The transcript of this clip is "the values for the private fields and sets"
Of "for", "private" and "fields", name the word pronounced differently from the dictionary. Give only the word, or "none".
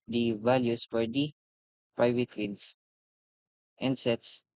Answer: fields